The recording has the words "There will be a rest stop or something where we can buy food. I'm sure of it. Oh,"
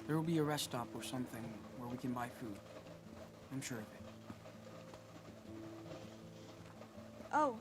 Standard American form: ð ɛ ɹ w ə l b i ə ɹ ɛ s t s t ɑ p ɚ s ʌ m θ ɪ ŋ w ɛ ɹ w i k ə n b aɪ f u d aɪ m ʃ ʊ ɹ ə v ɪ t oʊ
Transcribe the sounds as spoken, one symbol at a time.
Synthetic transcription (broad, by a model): ð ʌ ɹ w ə l b i ə ɹ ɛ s s t ɑ p ɚ s ʌ m θ ɪ ŋ w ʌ ɹ w i k ə n b aɪ f u d aɪ m ʃ ʊ ɹ ə v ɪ t oʊ